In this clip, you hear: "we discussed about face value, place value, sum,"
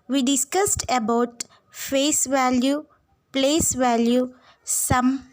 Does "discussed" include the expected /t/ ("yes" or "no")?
yes